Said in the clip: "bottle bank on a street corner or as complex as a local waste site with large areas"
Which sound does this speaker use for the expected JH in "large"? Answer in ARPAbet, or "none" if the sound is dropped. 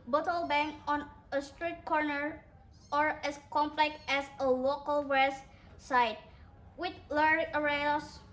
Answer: none